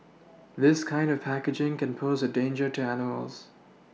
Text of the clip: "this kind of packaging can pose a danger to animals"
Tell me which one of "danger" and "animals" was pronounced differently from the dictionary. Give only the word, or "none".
none